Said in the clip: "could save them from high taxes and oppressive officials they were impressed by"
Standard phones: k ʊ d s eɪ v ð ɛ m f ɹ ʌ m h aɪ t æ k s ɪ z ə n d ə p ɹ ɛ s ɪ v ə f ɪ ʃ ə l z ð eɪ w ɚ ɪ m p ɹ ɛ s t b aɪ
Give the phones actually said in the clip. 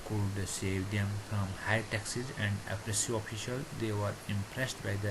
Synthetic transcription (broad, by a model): k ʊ d s eɪ v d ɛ m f ɹ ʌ m h aɪ t æ k s ɪ z ə n d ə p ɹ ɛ s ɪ ə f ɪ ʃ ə l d eɪ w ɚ ɪ m p ɹ ɛ s t b aɪ